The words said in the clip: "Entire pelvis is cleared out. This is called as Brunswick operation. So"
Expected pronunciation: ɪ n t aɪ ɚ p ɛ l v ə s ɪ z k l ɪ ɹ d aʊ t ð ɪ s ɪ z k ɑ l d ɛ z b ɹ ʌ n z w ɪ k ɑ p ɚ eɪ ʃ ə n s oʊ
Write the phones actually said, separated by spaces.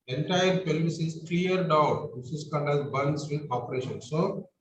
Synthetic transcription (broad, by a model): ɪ n t aɪ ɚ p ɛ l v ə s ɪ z k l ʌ ɹ d aʊ t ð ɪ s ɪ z k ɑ n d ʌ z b ʌ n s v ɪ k ɑ p ɚ eɪ ʃ ə n s oʊ